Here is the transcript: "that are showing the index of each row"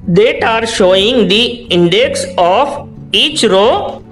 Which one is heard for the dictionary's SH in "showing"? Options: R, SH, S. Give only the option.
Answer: SH